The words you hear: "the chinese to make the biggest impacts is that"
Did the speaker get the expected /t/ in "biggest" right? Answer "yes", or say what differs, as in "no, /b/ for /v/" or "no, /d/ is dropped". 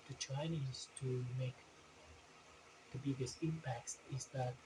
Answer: no, /t/ is dropped